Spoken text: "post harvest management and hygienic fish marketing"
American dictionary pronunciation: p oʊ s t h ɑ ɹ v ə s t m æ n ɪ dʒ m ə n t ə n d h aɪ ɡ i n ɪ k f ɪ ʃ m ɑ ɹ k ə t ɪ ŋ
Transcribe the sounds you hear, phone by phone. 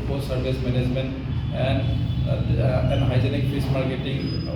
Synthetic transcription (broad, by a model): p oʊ s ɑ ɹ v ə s m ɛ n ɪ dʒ m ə n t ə n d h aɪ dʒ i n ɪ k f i s m ɑ ɹ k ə t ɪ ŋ